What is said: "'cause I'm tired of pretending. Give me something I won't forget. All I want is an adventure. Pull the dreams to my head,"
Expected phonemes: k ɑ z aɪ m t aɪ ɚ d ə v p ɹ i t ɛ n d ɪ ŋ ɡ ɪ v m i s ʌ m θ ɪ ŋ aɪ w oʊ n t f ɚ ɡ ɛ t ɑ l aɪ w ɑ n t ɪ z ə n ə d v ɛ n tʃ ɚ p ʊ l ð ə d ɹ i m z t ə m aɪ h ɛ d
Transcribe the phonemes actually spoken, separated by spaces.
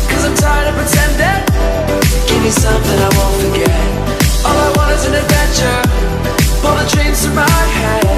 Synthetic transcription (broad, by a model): k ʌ z aɪ m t aɪ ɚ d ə p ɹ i t ɛ n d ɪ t ɡ ɪ v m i s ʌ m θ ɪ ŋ aɪ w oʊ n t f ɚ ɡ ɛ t ɑ l aɪ w ɑ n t ɪ z ə n ə d v ɛ n tʃ ɚ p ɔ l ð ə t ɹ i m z s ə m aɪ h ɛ